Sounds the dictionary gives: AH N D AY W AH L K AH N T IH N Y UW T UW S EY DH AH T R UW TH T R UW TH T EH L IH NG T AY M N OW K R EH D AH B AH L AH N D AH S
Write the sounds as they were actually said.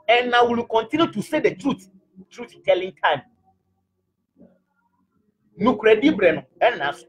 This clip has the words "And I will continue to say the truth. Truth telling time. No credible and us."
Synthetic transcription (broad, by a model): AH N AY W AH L K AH N T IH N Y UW T UW S EY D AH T R UW T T R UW T T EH L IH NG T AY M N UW K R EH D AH B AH N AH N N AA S